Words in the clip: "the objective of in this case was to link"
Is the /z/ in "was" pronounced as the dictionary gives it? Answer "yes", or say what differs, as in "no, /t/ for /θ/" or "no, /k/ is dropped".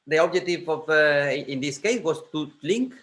no, /s/ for /z/